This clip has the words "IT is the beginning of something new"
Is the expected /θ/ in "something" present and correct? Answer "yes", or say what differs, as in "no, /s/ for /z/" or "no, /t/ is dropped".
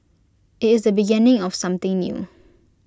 no, /t/ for /θ/